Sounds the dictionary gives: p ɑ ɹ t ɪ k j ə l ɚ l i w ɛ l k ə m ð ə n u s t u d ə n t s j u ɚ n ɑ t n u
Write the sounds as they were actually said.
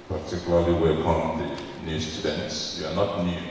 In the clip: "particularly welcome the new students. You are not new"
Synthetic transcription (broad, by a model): p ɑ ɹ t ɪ k j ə l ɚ l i w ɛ k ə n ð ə n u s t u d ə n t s j u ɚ n ɑ t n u